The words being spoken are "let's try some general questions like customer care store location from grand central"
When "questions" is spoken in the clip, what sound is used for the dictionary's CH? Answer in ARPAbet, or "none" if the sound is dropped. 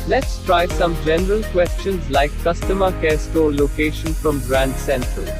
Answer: CH